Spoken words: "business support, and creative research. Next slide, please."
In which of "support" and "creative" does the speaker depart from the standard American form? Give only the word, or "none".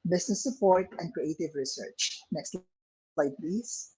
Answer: none